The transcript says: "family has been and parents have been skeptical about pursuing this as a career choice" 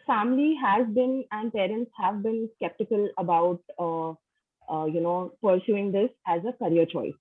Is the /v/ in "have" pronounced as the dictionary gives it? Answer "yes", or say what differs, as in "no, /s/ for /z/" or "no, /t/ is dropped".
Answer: yes